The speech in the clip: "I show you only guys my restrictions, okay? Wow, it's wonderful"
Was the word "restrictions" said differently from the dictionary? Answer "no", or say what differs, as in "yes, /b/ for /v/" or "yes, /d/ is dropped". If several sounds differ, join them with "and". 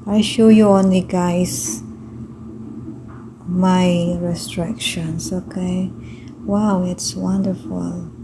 yes, /s/ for /z/